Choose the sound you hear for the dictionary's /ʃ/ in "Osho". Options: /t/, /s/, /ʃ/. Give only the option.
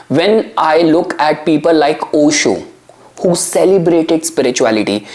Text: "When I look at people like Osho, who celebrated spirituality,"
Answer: /ʃ/